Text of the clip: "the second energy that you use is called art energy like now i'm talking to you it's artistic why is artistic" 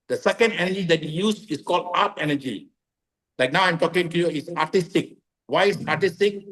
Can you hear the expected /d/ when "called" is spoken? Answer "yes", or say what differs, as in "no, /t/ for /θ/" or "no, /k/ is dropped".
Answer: yes